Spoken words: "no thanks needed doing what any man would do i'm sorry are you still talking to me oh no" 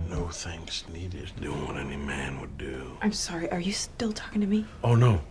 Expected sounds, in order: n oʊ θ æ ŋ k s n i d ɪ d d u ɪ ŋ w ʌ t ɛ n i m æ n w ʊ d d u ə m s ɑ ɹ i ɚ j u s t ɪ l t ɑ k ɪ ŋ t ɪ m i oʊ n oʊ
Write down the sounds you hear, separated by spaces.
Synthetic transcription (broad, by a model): n oʊ θ æ ŋ k s n i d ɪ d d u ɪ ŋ w ʌ t ɛ n i m æ n w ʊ d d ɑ ə m s ɑ ɹ i ɚ j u s t ɪ l t ɑ k ɪ ŋ t ɪ m i oʊ n oʊ